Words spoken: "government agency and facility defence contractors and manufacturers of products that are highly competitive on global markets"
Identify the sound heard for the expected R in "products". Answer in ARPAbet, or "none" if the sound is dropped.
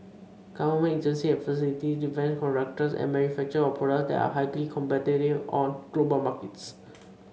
none